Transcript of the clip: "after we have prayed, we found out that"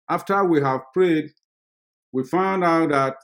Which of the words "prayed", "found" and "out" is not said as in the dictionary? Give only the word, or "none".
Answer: none